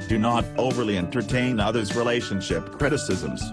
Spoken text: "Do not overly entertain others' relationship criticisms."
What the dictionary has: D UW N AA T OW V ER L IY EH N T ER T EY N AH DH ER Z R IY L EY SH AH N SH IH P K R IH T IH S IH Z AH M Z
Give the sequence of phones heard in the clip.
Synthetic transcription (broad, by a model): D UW N AA T OW V ER L IY EH N T ER T EY N AH DH ER Z R IY L EY SH AH N SH IH P K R IH T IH S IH Z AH M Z